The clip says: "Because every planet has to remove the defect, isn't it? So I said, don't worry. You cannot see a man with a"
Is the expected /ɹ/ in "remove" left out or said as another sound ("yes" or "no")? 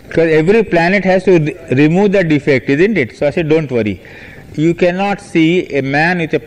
no